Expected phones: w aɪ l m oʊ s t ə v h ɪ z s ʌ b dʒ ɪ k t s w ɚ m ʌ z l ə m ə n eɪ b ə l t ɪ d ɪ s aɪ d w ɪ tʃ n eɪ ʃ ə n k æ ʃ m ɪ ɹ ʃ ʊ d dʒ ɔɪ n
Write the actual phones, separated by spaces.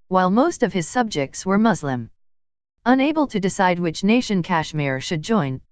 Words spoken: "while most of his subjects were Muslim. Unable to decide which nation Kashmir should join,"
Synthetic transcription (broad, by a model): w aɪ l m oʊ s t ə v ɪ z s ʌ b dʒ ɪ k t s w ɚ m ʌ z l ə m ə n eɪ b ə l t ɪ d ɪ s aɪ d w ɪ tʃ n eɪ ʃ ə n k æ ʃ m ɪ ɹ ʃ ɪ d dʒ ɔɪ n